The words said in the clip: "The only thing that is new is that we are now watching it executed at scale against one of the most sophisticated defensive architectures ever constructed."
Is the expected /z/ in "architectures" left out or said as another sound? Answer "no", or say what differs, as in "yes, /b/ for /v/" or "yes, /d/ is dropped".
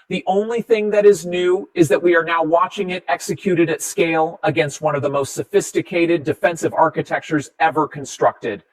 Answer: no